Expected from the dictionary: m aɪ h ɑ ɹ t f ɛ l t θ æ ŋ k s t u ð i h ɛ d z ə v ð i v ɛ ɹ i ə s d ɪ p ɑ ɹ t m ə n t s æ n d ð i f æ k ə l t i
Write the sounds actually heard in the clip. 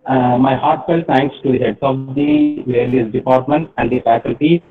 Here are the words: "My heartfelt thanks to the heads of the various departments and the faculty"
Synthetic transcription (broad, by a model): m aɪ h ɑ ɹ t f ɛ l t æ ŋ k s t u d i h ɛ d s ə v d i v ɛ l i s d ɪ p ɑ ɹ t m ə n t æ n d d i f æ k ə l t i